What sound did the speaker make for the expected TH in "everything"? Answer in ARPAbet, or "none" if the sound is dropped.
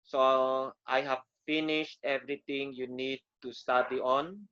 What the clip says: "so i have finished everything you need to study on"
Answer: T